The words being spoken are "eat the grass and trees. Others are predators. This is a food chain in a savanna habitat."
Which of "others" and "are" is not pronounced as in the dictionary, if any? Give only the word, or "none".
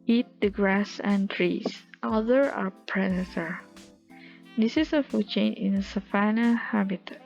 others